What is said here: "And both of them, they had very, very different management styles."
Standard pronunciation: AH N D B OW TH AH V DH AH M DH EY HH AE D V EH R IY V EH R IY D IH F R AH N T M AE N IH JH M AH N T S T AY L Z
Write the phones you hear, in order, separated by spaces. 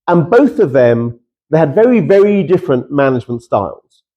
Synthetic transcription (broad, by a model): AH N B OW TH AH V DH AH M DH EY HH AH D V EH R IY V EH R IY D IH F R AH N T M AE N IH JH M AH N T S T AY L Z